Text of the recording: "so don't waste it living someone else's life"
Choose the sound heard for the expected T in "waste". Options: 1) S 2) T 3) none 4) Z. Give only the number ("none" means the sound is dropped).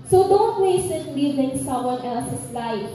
3